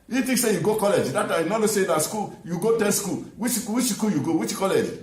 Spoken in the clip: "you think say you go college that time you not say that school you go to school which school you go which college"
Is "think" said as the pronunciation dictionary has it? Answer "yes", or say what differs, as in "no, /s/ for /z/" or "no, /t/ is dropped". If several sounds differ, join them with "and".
no, /t/ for /θ/